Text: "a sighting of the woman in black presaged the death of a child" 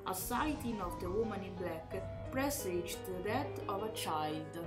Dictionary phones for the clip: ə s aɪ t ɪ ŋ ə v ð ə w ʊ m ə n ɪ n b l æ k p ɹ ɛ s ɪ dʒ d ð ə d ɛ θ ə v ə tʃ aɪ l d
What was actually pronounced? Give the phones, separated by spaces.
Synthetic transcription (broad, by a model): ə s aɪ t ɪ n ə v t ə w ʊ m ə n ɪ b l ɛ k p ɹ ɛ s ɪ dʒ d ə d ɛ t ə v ə tʃ aɪ l d